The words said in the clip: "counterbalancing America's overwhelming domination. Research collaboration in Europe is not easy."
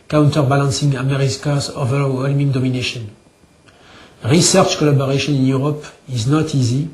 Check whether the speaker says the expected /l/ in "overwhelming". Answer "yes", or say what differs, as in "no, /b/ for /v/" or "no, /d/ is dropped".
yes